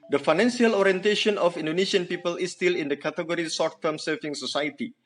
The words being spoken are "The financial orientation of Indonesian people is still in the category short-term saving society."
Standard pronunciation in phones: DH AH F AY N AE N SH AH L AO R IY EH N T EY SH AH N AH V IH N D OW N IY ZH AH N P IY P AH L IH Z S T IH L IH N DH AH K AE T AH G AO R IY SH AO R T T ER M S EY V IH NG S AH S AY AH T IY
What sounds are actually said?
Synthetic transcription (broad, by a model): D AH F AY N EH N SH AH L AO R IY EH N T EY SH AH N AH F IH N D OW N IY SH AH N P IY P AH L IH S T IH L IH N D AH K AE T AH G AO R IY S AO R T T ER M S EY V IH NG S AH S AY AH T IY